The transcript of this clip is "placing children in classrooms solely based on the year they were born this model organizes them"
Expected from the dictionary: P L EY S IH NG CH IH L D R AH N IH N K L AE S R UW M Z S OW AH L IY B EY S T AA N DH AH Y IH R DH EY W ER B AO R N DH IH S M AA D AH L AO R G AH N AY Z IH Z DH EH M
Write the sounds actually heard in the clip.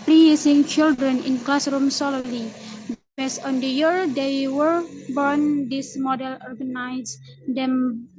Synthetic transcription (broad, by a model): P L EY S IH NG CH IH L D R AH N IH N K L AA S R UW M S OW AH L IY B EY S AA N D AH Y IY R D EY W ER B AO R N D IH S M AA D AH L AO R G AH N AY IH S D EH M